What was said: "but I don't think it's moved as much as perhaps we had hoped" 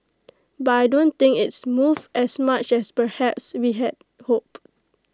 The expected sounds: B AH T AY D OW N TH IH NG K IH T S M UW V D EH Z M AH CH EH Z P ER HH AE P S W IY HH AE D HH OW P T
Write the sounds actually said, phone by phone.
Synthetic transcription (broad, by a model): B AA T AY D OW N T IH NG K IH T S M UW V EH S M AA CH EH S P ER HH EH P S W IY HH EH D HH OW P